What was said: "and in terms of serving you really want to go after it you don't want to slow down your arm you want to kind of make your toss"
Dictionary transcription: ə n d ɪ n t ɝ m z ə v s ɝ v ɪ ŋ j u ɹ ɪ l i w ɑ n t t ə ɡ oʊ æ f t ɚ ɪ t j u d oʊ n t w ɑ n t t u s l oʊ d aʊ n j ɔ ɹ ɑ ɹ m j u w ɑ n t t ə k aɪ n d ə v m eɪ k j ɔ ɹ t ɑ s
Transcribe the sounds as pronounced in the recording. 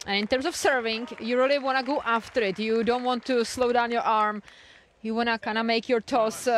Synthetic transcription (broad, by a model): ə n ɪ n t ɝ m s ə f s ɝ v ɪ ŋ j u ɹ ɪ l i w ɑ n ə ɡ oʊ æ f t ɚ ɪ t j u d oʊ n t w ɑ n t t u s l oʊ d aʊ n j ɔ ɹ ɑ ɹ m j u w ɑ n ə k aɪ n ə m eɪ k j ɔ ɹ t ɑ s